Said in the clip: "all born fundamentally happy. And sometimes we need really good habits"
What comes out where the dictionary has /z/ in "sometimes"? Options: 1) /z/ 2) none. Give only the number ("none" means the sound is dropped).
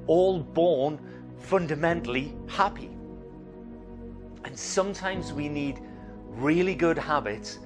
1